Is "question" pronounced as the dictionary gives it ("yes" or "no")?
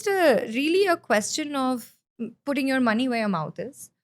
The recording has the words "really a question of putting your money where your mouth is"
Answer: yes